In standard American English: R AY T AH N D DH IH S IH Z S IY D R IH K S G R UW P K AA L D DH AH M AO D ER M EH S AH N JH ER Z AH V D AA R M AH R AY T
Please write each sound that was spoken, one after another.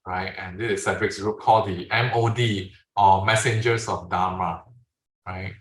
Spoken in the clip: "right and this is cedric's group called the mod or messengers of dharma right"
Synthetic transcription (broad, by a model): R AY T AH N D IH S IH S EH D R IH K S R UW K AA L D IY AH M AO D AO M EH S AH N JH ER S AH F D AA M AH R AY T